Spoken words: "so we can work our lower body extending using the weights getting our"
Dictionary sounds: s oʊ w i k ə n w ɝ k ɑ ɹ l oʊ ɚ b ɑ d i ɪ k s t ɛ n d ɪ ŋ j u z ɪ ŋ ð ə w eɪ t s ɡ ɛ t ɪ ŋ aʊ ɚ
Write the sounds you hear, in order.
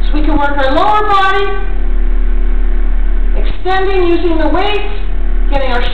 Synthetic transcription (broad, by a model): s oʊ w i k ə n w ɝ k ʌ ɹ l oʊ ɚ b ɑ d i ɪ k s t ɛ n d ɪ ŋ j u z ɪ ŋ ð ə w eɪ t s ɡ ɛ t ɪ ŋ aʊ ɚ